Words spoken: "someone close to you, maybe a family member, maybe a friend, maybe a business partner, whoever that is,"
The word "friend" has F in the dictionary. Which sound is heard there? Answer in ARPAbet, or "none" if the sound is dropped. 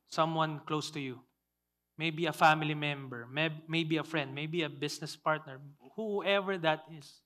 F